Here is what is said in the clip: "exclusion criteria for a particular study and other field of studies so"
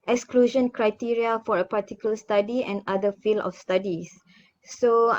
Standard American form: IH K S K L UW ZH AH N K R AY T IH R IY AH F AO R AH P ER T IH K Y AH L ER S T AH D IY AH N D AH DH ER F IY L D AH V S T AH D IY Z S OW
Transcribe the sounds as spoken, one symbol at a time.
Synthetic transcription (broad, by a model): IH K S K L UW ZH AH N K R AY T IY R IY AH F AO R AH P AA T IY K Y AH L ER S T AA D IY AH N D AH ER F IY L AH F S T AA D IY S OW